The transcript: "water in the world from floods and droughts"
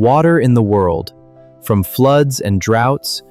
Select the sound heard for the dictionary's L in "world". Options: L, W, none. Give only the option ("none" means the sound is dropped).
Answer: L